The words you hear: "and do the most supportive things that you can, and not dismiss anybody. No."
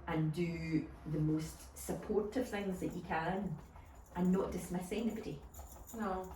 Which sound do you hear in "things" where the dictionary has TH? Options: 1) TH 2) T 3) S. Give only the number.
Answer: 1